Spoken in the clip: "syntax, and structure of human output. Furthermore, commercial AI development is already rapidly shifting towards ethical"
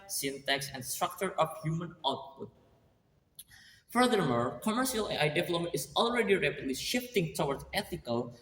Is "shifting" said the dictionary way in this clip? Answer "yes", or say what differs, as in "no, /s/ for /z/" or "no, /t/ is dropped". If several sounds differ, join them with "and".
yes